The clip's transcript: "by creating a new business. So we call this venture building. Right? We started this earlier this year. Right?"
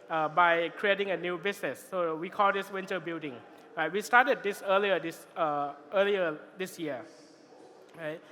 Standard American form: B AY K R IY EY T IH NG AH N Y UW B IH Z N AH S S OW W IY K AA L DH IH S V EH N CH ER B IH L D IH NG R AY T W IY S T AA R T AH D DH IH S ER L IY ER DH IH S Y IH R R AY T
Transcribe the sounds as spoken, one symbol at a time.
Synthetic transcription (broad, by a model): B AY K R IY EY T IH NG AH N Y UW B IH S N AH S S OW W IY K AA L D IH S W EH N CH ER B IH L D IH NG R AY T W IY S T AA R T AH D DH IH S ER L IY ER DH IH S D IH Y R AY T